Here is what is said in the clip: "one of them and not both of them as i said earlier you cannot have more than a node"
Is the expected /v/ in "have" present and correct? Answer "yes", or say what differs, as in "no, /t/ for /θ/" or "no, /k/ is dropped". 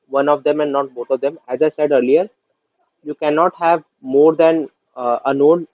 yes